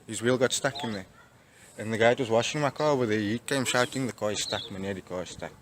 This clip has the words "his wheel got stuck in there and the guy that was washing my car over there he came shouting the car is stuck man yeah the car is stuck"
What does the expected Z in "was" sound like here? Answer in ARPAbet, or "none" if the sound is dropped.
Z